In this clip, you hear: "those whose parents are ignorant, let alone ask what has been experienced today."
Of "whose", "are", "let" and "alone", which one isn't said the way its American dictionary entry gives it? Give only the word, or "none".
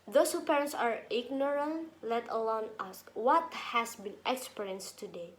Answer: whose